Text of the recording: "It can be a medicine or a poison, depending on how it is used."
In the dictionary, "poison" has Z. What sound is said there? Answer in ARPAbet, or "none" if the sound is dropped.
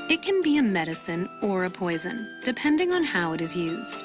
Z